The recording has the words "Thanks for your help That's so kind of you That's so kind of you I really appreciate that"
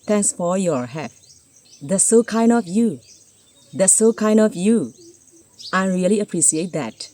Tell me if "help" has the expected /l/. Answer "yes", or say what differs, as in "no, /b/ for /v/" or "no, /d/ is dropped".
no, /l/ is dropped